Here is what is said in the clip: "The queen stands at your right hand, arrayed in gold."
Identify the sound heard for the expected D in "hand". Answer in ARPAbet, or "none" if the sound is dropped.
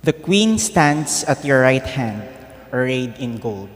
D